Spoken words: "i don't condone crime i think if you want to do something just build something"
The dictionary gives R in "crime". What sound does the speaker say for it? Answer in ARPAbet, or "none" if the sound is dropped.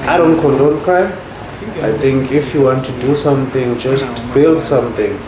none